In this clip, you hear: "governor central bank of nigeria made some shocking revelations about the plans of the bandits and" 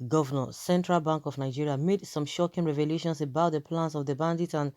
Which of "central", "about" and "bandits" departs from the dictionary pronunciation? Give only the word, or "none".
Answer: bandits